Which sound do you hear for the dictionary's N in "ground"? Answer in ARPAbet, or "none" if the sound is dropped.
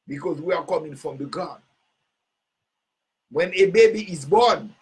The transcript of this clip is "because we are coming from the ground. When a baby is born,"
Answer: none